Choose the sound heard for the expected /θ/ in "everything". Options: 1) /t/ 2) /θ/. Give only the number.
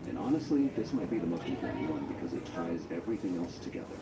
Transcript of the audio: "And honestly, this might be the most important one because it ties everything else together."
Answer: 2